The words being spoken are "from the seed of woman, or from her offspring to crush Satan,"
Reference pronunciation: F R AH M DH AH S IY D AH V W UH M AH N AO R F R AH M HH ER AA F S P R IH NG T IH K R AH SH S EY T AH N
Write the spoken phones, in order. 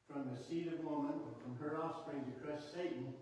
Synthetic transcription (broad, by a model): F R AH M DH AH S IY D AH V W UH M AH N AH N F R AH M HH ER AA S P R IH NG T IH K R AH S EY T N